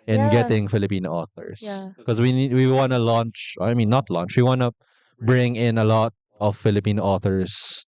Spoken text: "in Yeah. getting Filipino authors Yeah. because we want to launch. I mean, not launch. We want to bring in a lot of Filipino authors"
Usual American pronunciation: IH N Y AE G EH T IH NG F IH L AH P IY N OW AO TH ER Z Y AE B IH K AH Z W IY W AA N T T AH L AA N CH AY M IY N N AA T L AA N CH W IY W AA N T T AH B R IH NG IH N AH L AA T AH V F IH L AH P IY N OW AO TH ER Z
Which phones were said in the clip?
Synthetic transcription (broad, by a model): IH N G EH T IH NG F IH L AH P IY N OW AO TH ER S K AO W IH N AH W IY W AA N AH L AA N CH AY M IY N N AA T L AA N CH W IY W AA N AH B R IH NG IH N AH L AA T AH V F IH L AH P IY N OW AO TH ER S